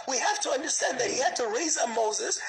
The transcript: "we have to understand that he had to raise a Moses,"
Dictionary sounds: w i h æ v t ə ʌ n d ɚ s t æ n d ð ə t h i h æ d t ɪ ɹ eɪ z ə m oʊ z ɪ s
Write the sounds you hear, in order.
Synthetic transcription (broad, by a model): w i h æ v t ə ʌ n d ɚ s t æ n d ð ə t h i h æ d t ɪ ɹ eɪ z ə m oʊ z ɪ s